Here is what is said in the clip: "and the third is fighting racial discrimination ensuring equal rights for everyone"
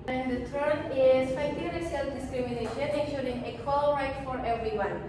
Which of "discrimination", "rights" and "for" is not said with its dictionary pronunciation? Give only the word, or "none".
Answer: rights